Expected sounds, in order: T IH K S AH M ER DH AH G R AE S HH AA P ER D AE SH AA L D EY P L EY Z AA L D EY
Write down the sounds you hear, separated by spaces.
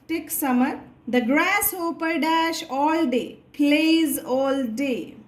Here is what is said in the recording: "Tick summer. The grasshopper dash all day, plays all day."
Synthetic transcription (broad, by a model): T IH K S AH M ER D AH G R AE S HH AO P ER D AE SH AA L D EY P L EY Z AA L D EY